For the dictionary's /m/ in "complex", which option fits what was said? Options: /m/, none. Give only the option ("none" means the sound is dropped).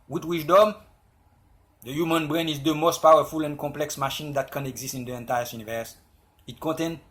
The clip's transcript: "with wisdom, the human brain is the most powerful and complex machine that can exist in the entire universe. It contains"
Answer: none